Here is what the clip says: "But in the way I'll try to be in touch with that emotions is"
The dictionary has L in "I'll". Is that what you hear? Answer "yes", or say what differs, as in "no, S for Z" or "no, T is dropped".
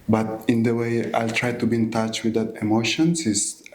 yes